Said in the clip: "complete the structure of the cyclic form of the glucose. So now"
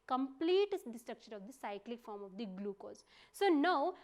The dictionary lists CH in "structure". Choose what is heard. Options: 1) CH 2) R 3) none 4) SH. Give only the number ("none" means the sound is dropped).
4